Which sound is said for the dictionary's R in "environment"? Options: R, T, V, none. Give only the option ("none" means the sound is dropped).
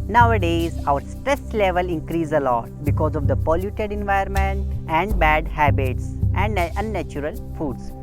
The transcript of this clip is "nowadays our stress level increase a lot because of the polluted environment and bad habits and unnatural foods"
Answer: none